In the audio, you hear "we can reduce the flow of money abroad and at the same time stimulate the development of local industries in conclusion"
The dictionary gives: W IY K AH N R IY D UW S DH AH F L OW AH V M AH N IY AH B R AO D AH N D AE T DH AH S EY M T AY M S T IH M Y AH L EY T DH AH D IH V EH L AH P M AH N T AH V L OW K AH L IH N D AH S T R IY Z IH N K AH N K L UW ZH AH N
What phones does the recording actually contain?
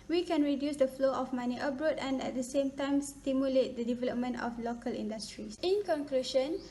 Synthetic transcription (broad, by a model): W IY K AH N R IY D UW S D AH F L OW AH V M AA N IY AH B R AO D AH N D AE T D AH S EY M T AY M S T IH M Y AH L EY T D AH D IH V EH L AH P M AH N T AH F L OW K AH L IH N D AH S T R IY S IH N K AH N K L UW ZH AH N